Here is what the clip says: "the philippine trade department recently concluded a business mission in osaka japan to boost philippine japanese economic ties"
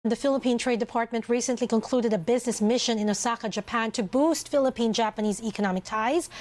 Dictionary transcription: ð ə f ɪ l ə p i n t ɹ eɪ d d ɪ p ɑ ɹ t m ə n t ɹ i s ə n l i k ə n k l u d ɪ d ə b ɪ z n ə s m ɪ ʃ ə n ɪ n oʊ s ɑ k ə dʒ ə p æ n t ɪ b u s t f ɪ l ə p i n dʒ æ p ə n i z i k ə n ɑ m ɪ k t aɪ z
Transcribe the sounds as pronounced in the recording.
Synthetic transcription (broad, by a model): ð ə f ɪ l ə p i n t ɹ eɪ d d ɪ p ɑ ɹ t m ə n t ɹ i s ə n l i k ə n k l u d ɪ d ə b ɪ z n ə s m ɪ ʃ ə n ɪ n oʊ s ɑ k ə dʒ ə p æ n t ɪ b u s t f ɪ l ə p i n dʒ æ p ə n i z i k ə n ɑ m ɪ k t aɪ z